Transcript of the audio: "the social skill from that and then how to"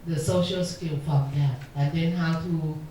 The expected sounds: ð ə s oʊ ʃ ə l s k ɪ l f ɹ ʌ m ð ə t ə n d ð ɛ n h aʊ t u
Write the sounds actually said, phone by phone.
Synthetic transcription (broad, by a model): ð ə s oʊ ʃ ə l s k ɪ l f ɹ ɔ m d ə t ə n d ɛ n h aʊ t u